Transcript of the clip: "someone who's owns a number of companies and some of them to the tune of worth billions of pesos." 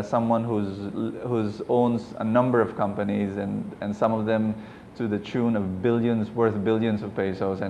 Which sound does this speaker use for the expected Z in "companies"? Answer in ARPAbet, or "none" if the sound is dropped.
Z